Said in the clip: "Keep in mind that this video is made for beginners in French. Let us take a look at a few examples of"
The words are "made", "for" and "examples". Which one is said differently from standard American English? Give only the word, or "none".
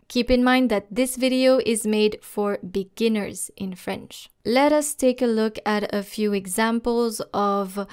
none